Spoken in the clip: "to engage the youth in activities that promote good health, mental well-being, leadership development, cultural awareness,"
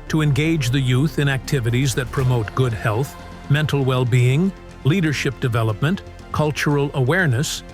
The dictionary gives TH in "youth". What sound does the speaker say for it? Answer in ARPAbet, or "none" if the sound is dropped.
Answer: TH